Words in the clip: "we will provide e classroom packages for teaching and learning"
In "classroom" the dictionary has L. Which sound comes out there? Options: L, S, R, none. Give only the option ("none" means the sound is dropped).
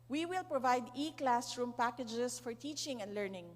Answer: L